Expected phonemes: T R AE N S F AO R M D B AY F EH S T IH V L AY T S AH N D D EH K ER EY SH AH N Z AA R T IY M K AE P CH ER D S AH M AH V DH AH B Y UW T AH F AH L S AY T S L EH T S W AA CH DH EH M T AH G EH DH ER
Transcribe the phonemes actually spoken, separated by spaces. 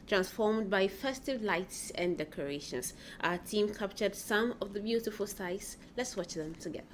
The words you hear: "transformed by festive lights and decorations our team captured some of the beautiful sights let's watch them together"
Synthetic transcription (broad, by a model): T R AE N S F AO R M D B AY F EH S T IH V L AY T S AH N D D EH K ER EY SH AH N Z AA T IY M K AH P CH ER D S AH M AH V DH AH B Y UW T AH F AH L S AY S L EH T S W AA CH DH EH M T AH G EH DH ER